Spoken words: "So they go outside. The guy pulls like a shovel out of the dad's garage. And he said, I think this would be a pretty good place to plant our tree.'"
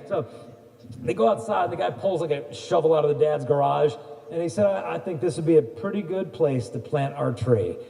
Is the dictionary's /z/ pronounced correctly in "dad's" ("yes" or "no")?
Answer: yes